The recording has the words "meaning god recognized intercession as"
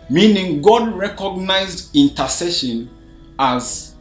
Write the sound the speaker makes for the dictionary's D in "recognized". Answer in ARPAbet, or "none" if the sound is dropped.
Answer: D